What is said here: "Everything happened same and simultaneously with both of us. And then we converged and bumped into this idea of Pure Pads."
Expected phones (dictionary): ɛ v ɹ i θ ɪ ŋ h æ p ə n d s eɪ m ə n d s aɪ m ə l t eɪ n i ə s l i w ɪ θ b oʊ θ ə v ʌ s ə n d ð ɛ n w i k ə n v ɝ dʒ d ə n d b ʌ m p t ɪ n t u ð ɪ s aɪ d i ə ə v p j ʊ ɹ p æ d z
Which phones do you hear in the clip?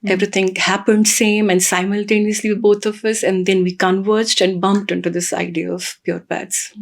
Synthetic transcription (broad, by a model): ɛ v ɹ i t ɪ ŋ h æ p ə n d s eɪ m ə n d s aɪ m ə l t eɪ n i ə s l i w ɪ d b oʊ t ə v ʌ s ə n d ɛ n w i k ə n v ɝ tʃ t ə n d b ʌ m p t ɪ n t u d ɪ s aɪ d i ə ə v p j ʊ ɹ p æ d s